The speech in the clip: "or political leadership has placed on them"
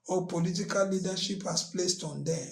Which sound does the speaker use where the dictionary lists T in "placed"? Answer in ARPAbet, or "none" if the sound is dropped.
T